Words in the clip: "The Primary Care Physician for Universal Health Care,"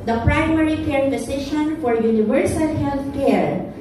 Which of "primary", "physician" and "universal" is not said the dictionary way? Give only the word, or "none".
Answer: physician